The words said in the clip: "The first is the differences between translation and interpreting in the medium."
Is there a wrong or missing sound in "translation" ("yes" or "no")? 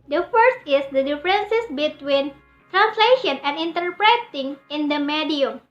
no